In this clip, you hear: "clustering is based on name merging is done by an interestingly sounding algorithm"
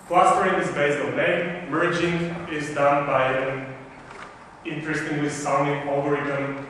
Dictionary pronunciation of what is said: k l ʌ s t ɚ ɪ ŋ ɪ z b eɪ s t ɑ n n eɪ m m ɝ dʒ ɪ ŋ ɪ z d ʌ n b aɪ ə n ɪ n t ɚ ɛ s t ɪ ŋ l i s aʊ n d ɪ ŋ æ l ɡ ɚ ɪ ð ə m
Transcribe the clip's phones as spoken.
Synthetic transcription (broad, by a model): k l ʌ s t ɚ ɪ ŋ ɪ s b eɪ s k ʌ l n eɪ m m ɝ dʒ ɪ ŋ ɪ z d ʌ n b aɪ ə n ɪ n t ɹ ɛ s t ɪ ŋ w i s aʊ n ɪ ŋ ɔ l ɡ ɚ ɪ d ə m